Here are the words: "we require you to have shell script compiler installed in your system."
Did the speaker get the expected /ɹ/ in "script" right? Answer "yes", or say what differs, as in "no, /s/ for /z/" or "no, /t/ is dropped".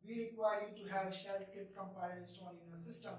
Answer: no, /ɹ/ is dropped